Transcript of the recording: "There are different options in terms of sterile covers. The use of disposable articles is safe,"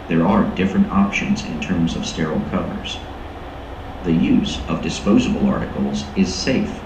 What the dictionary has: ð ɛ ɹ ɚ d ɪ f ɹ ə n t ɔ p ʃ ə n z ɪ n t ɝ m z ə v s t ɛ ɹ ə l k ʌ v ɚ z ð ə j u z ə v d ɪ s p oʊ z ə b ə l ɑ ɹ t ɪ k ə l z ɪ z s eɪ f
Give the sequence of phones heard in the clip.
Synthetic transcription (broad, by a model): ð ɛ ɹ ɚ d ɪ f ɹ ə n t ɔ p ʃ ə n z ɪ n t ɝ m z ə v s t ɛ ɹ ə l k ʌ v ɚ z ð ə j u z ə v d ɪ s p oʊ z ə b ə l ɑ ɹ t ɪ k l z ɪ z s eɪ f